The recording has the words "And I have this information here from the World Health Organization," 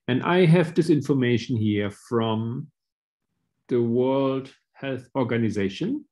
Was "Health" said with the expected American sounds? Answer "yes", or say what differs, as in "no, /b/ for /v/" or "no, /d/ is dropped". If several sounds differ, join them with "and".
yes